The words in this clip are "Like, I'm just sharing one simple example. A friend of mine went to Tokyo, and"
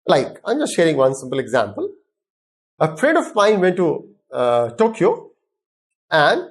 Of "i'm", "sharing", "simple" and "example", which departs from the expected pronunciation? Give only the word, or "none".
none